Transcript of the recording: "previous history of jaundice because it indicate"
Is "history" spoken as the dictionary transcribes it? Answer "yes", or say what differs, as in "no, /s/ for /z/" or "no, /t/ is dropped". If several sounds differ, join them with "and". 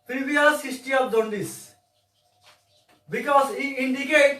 no, /ɹ/ is dropped